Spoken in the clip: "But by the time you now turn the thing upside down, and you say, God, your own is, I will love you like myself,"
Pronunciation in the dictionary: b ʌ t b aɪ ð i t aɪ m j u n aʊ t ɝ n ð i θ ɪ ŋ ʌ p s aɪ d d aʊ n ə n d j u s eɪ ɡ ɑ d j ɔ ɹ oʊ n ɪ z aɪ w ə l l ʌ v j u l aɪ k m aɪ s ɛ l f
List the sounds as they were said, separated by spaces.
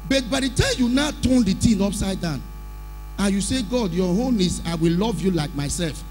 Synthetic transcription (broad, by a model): b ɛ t b aɪ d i t aɪ m j u n aʊ t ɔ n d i t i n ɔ p s aɪ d d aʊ n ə n j u s eɪ ɡ ɑ d j ɔ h oʊ n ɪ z aɪ w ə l l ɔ v j u l aɪ k m aɪ s ɛ l f